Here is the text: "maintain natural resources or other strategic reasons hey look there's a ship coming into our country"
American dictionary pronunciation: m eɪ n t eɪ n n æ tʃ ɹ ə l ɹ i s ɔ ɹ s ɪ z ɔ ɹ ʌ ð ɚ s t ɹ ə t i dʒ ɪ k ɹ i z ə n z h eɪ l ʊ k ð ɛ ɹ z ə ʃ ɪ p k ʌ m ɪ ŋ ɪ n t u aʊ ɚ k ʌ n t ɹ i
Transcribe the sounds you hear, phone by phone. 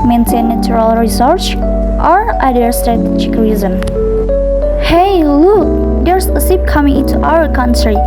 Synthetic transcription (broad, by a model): m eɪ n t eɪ n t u ɹ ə l ɹ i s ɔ ɹ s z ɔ ɹ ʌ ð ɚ s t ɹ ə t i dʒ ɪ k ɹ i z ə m h eɪ l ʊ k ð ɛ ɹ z ə s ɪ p k ʌ m ɪ ŋ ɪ n t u aʊ ɚ k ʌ n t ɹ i